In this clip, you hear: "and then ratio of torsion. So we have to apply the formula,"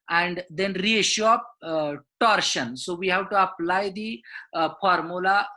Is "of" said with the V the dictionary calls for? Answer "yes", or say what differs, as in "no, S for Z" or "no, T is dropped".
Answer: no, P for V